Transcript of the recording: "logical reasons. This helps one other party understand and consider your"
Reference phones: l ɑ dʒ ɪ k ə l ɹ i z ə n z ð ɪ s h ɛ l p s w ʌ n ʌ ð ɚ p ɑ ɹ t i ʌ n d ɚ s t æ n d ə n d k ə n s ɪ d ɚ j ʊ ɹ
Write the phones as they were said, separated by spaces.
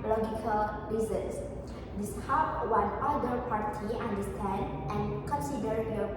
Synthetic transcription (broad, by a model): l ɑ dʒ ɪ k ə l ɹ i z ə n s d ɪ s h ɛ p w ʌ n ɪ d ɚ p ɑ ɹ t i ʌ n d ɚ s t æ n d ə n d k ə n s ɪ d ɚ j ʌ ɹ